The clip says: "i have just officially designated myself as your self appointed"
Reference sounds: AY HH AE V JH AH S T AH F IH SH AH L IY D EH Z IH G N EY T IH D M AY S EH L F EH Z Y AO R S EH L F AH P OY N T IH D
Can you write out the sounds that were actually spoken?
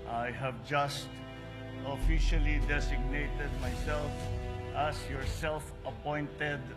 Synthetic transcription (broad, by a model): AY HH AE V JH AH S T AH F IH SH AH L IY D EH S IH G N EY T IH D M AY S EH L F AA S Y AO R S EH L F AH P OY N T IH D